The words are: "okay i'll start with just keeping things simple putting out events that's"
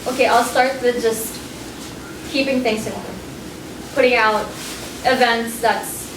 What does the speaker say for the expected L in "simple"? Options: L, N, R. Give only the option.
N